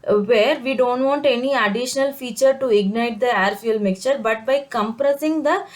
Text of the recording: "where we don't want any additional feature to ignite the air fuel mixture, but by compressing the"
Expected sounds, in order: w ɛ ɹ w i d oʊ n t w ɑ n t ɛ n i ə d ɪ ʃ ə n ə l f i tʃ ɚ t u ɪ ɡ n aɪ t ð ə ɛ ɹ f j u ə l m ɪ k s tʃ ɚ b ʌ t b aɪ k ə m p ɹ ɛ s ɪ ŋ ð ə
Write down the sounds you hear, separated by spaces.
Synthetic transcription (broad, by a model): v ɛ ɹ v i d oʊ n t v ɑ n t ɛ n i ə d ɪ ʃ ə n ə l f i tʃ ɚ t u ɪ ɡ n aɪ t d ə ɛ ɹ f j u l m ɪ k tʃ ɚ b ʌ t b aɪ k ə m p ɹ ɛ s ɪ ŋ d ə